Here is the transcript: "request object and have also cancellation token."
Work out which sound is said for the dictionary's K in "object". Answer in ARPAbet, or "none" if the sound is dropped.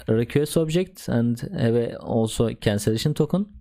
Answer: K